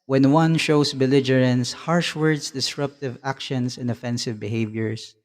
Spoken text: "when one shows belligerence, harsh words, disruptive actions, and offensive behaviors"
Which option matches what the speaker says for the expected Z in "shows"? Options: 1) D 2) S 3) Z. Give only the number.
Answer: 2